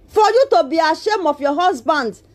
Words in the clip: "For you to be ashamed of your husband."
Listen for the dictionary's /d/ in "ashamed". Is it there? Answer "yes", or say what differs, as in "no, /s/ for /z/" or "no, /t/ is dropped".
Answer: no, /d/ is dropped